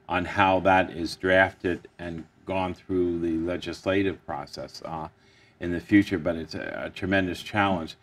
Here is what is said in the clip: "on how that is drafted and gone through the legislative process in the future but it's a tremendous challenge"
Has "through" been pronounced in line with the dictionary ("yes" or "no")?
yes